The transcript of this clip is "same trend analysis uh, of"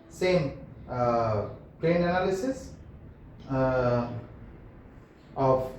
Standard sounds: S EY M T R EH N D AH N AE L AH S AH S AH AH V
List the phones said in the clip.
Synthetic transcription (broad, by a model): S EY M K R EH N AH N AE L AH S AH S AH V